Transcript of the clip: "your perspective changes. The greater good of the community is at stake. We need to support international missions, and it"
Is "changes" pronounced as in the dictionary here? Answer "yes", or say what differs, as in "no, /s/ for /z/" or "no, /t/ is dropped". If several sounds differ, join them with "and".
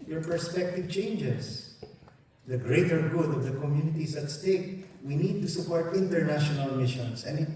no, /s/ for /z/